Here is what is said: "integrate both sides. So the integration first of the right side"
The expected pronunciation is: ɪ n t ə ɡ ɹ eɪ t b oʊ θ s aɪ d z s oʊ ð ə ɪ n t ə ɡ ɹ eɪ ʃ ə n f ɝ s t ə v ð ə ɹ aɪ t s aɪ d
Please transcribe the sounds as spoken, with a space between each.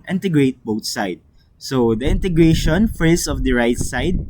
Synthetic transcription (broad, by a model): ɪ n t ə ɡ ɹ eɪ t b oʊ t s aɪ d s oʊ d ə ɪ n t ə ɡ ɹ eɪ ʃ ə n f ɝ s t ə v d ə ɹ aɪ t s aɪ d